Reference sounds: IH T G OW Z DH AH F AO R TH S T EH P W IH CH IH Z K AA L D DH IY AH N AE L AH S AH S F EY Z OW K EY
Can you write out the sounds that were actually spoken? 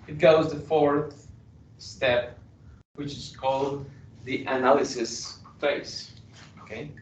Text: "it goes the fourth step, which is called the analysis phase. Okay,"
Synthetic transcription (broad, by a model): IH T G OW Z DH AH F AO R TH S T EH P W IH CH IH Z K AA L D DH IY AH N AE L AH S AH S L EY S OW K EY